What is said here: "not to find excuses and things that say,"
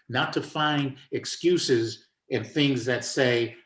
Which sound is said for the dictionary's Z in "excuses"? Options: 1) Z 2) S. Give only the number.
1